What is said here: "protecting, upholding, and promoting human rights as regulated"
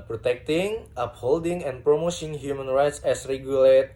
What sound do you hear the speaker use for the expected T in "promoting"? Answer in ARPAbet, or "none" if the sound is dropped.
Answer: S